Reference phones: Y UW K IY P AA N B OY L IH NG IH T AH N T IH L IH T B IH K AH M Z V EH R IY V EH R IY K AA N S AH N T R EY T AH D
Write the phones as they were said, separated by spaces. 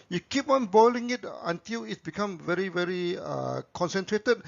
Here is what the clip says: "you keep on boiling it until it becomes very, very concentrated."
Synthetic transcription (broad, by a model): Y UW K IY P AA N B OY L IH NG IH T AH N T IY L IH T B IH K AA M V EH R IY V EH R IY K AA N S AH N T R EY T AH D